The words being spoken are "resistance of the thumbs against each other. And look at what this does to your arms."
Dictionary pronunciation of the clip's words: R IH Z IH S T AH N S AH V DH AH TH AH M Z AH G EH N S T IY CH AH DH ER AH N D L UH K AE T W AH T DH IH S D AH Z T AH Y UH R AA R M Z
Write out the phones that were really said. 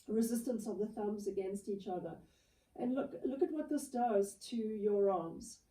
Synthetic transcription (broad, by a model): R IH Z IH S T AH N S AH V DH AH TH AH M Z AH G EH N S T IY CH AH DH ER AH N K L UH K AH T W AH T DH IH S D AH Z T AH Y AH R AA M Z